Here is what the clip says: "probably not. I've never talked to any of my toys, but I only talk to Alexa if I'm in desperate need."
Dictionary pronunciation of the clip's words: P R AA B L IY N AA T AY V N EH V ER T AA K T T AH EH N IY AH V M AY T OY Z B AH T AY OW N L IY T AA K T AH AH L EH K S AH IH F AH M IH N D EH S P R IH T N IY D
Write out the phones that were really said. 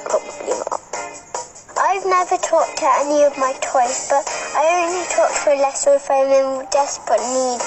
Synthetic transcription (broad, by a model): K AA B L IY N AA T AY V N EH V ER T AA K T T AH EH N IY AH V M AY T OY S B AH T AY OW N L IY T AA K T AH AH L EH S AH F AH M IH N D EH S P R IH T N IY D